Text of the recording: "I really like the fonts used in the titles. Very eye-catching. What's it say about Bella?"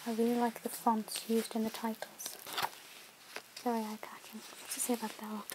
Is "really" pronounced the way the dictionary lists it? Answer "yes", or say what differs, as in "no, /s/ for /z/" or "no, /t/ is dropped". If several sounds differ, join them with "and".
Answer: yes